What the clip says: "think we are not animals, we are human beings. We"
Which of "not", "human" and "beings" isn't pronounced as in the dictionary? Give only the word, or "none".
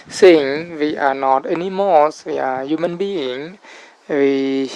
beings